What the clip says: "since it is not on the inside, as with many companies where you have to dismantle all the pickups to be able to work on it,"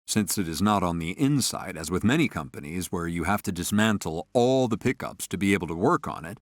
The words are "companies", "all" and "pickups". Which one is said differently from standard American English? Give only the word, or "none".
none